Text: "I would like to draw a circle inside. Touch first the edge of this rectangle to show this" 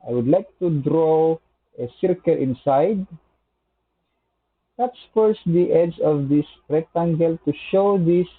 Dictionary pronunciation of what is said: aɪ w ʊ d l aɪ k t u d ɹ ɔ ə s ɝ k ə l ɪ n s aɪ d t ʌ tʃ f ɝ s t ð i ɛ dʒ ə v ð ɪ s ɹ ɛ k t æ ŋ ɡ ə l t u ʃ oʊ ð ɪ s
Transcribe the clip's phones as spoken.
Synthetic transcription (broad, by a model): aɪ w ʊ d l aɪ k t u d ɹ ɔ ə s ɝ k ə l ɪ n s aɪ d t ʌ s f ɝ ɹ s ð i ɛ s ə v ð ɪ s ɹ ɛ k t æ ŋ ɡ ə l t u ʃ oʊ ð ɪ s